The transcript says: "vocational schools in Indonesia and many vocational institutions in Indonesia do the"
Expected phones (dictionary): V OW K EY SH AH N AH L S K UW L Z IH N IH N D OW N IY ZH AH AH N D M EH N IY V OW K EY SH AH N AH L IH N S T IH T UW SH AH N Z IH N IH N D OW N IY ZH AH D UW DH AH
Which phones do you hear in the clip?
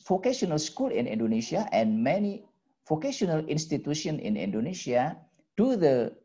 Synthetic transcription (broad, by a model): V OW K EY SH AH N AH L S K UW L IH N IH N D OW N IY SH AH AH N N M EH N IY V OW K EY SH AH N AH L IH N S T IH T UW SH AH N IH N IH N D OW N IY SH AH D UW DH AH